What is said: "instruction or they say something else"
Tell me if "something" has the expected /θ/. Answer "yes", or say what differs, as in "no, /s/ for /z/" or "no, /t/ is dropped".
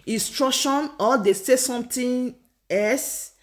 no, /t/ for /θ/